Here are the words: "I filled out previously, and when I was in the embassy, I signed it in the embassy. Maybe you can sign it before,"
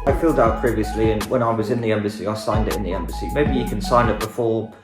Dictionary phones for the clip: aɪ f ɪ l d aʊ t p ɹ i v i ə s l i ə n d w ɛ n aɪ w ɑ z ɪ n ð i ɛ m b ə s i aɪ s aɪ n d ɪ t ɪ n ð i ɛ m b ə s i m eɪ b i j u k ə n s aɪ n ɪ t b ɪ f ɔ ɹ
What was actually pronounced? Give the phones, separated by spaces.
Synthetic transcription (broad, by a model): aɪ f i l d aʊ t p ɹ i v i ə s l i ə n w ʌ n aɪ w ɑ z ɪ n ð i ɛ m b ə s i aɪ s aɪ n d ɪ t ɪ n ð i ɛ m b ə s i m eɪ b i j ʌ k ə n s aɪ n ɪ t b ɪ f ɔ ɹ